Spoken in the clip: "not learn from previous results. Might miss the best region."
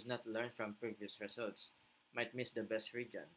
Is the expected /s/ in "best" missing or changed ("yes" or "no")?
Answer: no